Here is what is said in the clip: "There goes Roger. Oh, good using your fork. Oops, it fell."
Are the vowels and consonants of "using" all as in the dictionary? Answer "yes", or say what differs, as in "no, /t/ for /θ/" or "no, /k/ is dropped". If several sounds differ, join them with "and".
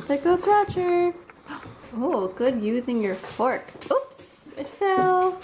yes